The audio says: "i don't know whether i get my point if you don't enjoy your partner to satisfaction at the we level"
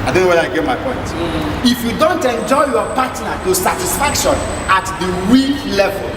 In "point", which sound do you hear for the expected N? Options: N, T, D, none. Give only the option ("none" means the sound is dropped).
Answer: N